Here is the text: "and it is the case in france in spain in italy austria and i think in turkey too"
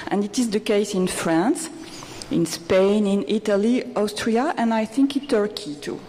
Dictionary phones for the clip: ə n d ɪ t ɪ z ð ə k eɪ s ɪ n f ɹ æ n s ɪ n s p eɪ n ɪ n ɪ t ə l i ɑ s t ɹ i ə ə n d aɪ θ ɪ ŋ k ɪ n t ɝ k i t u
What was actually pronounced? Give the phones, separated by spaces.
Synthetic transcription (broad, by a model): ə n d ɪ t ɪ z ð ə k eɪ s ɪ n f ɹ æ n s ɪ n s p eɪ n ɪ n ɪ t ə l i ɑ s t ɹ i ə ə n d aɪ θ ɪ ŋ k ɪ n t ɝ k i t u